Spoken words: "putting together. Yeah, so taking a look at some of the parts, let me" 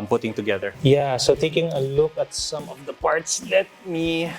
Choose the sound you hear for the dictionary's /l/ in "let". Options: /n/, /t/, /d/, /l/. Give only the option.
/l/